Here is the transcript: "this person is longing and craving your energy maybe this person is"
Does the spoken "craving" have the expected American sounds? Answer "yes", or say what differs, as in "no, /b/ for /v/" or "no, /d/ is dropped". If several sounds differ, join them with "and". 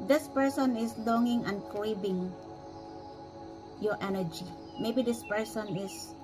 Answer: no, /b/ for /v/